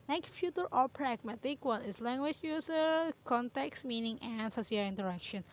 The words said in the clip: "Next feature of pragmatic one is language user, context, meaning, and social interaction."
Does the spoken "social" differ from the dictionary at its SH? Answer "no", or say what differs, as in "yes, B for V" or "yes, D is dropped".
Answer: yes, SH is dropped